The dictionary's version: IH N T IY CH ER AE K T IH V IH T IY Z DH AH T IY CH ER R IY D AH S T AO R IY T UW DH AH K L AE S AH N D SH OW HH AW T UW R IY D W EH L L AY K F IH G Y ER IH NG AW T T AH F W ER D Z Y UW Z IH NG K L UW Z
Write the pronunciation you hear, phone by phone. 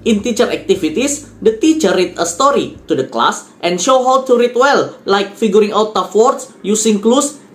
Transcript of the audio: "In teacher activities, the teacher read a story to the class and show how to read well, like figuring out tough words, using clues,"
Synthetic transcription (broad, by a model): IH N T IY CH ER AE K T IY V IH T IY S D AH T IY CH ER R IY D AH S T AO R IY T UW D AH K L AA S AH N SH OW HH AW T UW R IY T W EH L L AY K F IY G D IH NG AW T T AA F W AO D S Y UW S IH NG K L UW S